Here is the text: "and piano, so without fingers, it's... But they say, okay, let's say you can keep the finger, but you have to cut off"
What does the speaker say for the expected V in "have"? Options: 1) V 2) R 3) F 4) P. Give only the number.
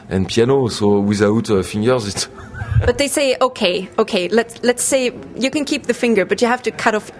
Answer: 3